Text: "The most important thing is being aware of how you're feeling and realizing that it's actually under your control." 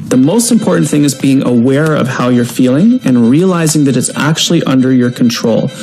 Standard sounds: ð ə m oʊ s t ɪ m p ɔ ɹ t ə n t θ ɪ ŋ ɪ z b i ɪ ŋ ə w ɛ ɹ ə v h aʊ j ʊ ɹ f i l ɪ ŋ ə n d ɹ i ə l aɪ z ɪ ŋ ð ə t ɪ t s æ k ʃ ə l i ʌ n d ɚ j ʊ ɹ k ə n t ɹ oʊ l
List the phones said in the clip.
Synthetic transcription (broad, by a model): ð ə m oʊ s t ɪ m p ɔ ɹ t n θ ɪ ŋ ɪ z b i ɪ ŋ ə w ɛ ɹ ə v h aʊ j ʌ ɹ f i l ɪ ŋ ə n ɹ i ə l aɪ z ɪ ŋ ð ə t ɪ t s æ k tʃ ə l i ʌ n d ɚ j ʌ ɹ k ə n t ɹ oʊ l